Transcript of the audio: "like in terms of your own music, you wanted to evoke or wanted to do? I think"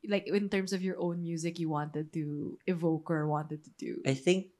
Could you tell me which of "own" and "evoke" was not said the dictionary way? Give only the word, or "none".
none